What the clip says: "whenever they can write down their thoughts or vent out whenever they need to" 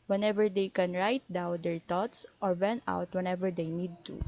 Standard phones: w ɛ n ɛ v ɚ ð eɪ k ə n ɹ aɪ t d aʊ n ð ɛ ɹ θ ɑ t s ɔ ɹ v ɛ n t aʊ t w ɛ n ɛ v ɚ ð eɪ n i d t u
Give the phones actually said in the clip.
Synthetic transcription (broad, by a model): w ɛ n ɛ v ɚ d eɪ k ə n ɹ aɪ t d aʊ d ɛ ɹ t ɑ t s ɔ ɹ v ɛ n aʊ t w ɛ n ɛ v ɚ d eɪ n i d t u